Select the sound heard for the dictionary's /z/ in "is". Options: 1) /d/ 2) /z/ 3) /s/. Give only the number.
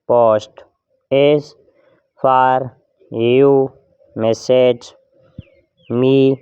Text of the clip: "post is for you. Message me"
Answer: 3